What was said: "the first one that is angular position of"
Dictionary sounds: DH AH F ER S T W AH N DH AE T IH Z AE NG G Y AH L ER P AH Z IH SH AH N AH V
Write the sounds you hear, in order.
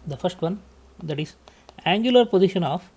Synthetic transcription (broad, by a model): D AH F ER S T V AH N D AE T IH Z AE NG G Y AH L ER P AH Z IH SH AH N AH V